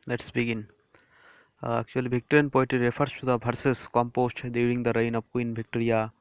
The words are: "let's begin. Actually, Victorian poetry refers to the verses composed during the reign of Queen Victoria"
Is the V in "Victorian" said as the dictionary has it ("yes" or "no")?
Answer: no